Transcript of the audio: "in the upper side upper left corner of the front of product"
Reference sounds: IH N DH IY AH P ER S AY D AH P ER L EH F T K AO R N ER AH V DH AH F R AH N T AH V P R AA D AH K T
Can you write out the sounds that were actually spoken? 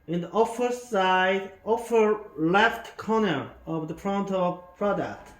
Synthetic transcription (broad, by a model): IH N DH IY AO F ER S AY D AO F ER L EH F T K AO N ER AH V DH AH P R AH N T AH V P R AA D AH K T